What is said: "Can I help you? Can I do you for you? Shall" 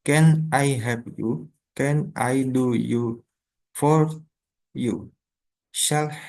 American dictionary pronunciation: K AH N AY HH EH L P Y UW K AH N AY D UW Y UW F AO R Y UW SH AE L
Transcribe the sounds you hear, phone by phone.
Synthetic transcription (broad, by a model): K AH N AY HH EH P Y UW K AH N AY D UW Y UW F AO R Y UW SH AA L